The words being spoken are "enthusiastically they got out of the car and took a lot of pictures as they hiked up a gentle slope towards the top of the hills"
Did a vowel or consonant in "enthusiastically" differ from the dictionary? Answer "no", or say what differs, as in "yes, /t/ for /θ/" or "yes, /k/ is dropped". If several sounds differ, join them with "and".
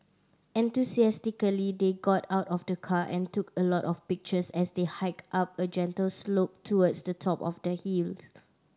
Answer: yes, /s/ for /z/